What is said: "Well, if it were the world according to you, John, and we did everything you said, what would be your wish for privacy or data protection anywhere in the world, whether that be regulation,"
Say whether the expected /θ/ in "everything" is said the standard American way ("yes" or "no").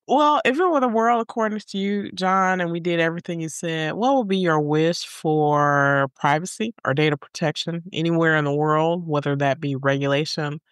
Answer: yes